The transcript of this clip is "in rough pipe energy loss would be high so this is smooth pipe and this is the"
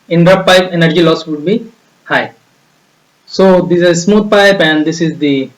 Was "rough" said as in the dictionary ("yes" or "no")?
no